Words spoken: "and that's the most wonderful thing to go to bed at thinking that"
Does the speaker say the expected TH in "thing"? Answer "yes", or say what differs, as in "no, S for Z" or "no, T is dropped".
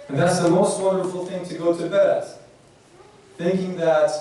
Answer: yes